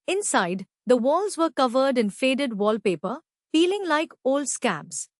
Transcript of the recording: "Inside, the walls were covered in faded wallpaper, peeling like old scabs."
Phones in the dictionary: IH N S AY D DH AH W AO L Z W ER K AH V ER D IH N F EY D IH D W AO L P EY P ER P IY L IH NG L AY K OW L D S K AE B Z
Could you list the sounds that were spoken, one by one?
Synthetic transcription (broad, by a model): IH N S AY D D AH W AO L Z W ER K AH V ER D IH N F EY D IH D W AO L P EY P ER F IY L IH NG L AY K OW L D S K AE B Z